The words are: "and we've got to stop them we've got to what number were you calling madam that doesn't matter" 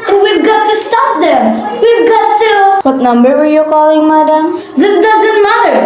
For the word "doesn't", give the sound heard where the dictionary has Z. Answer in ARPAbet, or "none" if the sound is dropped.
Z